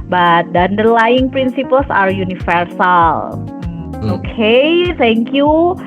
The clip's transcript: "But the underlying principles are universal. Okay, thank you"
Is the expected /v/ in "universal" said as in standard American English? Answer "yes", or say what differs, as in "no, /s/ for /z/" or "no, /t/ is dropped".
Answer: no, /f/ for /v/